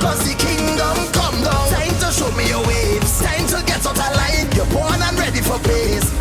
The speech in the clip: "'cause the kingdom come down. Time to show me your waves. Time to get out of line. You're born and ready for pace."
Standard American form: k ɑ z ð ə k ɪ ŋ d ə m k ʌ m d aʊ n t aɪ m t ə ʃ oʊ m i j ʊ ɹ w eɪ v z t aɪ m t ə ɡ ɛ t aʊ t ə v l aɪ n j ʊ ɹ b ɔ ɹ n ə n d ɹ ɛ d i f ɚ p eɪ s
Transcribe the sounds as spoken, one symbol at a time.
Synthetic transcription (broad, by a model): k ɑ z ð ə k ɪ ŋ d ə m k ʌ m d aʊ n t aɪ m t ə ʃ oʊ m i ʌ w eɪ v t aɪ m t ə ɡ ɛ t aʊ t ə l aɪ n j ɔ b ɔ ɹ n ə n ɹ ɛ d i f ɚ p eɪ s